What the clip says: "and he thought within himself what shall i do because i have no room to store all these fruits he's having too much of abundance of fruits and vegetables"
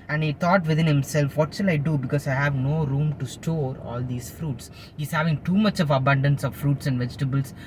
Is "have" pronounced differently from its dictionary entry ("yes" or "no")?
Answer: no